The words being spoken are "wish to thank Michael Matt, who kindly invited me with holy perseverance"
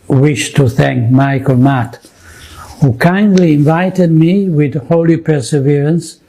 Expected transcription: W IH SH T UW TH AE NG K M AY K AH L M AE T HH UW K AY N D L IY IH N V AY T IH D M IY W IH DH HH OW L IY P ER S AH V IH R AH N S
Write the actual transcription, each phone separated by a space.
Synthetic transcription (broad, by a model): W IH SH T UW TH AE NG K M AY K AH L M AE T HH UW K AY N D L IY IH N V AY T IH D M IY W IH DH HH OW L IY P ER S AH V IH R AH N S